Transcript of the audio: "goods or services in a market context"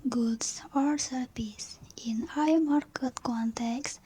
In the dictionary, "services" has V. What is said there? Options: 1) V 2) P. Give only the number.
2